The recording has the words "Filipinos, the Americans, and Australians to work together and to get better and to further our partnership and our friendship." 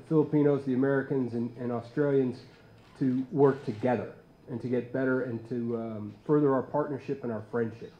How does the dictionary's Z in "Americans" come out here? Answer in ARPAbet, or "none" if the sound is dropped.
Z